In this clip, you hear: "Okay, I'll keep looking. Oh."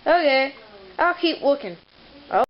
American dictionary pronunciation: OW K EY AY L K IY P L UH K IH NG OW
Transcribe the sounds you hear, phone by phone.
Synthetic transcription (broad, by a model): OW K EY AY L K IY P W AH K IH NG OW